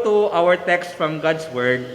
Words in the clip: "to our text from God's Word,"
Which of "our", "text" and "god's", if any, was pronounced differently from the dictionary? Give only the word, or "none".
god's